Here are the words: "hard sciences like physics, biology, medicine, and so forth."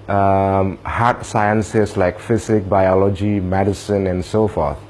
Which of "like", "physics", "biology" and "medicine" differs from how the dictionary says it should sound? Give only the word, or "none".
physics